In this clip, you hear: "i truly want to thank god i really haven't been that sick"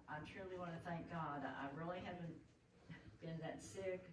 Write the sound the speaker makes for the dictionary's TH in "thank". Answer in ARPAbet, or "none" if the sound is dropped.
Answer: TH